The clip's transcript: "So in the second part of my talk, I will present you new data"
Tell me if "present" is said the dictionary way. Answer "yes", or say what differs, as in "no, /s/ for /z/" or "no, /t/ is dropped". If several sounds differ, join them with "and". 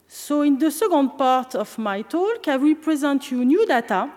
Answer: yes